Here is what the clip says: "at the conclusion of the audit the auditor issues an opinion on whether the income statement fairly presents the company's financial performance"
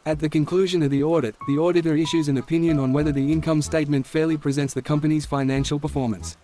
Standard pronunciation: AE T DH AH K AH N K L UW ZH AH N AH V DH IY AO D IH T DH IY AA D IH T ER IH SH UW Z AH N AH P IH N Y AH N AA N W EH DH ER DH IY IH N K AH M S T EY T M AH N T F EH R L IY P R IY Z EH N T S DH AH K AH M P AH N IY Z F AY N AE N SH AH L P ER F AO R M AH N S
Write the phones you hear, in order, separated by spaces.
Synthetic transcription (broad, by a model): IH T DH AH K AH N K L UW ZH AH N AH V DH IY AO D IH T DH IY AA D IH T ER IH SH UW Z AH N AH P IH N Y AH N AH N W EH DH ER DH IY IH N K AH M S T EY T M AH N T F EH R L IY P R IY Z EH N T S DH AH K AH M P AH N IY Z F AY N AE N SH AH L P ER F AO R M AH N S